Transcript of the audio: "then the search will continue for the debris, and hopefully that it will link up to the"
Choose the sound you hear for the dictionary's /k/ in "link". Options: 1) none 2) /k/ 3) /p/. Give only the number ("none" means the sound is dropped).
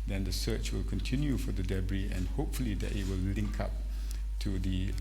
2